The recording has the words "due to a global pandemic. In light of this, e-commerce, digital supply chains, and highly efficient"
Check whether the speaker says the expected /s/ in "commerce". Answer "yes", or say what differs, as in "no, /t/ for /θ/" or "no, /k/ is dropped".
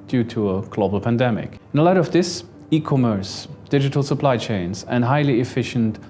yes